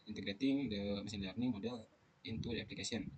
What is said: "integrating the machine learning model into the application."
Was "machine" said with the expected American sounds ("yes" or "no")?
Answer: no